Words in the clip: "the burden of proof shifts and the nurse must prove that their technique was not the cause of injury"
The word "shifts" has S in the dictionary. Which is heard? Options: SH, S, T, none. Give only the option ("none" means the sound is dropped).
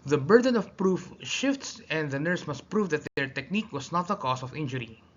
S